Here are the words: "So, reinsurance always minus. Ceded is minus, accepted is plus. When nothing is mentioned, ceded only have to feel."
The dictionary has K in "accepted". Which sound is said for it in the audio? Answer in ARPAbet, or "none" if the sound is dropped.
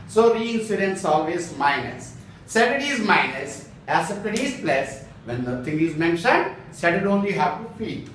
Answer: none